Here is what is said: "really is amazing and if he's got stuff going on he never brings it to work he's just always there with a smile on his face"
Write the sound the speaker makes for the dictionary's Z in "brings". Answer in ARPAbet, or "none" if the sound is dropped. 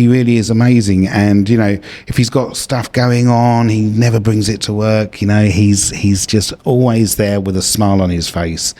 Z